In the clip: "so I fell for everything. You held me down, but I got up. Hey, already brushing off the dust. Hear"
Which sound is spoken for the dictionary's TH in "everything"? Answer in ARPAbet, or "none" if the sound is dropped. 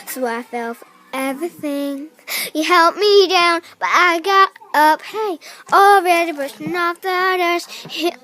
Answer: TH